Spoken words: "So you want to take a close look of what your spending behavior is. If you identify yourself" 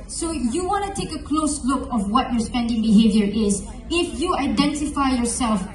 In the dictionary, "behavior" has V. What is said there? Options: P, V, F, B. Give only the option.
V